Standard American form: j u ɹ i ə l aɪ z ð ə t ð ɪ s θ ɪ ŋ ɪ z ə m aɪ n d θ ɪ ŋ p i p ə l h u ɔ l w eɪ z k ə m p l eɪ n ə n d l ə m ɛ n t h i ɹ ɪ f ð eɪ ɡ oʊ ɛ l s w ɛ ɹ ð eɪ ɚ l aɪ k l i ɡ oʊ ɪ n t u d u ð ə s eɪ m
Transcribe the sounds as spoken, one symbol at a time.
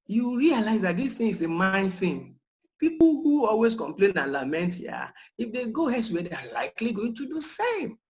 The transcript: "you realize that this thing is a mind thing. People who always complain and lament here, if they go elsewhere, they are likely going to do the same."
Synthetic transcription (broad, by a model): j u ɹ i ə l aɪ z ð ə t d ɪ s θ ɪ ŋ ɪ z ə m aɪ n d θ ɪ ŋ p i p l h u ɔ l w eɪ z k ə m p l eɪ n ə l ə m ɛ n t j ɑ ɪ f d eɪ ɡ oʊ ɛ s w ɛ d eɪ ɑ l aɪ k l i ɡ oʊ ɪ n t u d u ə s eɪ m